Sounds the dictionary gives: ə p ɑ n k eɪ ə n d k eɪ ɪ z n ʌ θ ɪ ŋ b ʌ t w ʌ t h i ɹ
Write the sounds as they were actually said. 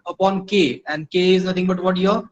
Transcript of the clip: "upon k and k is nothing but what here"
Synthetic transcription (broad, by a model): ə p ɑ n k eɪ ə n d k eɪ ɪ z n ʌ t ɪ ŋ b ʌ t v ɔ t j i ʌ